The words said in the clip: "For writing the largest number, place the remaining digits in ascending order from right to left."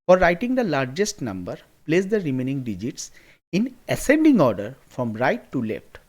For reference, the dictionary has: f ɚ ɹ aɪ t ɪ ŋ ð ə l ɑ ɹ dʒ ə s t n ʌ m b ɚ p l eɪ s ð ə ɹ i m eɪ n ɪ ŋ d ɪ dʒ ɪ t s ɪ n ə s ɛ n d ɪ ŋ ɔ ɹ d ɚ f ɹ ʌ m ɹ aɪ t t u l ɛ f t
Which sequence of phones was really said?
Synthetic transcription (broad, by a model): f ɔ ɹ aɪ t ɪ ŋ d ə l ɑ ɹ dʒ ə s t n ʌ m b ɚ p l eɪ s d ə ɹ i m eɪ n ɪ ŋ d ɪ dʒ ɪ t s ɪ n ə s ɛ n d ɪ ŋ ɔ ɹ d ɚ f ɹ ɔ m ɹ aɪ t t u l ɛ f t